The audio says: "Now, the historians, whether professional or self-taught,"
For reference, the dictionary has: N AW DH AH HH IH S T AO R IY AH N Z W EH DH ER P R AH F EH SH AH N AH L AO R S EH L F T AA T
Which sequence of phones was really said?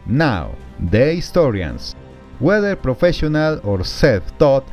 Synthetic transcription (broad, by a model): N AW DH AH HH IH S T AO R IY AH N S W EH DH ER P R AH F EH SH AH N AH L AO R S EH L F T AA T